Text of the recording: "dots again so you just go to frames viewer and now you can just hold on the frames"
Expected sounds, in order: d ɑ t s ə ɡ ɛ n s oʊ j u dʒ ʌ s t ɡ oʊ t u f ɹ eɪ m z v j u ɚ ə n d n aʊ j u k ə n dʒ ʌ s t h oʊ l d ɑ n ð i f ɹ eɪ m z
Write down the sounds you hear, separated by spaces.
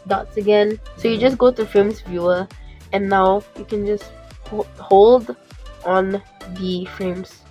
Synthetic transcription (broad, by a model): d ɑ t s ə ɡ ɛ n s oʊ j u dʒ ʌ s ɡ oʊ t u f ɹ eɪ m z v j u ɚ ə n n aʊ j u k ə n dʒ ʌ s t h oʊ l d ɑ n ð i f ɹ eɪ m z